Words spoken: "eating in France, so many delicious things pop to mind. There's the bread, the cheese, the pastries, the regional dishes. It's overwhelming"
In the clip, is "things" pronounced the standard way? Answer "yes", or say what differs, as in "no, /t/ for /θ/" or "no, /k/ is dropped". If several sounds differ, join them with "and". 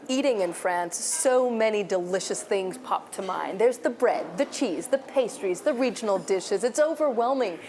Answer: yes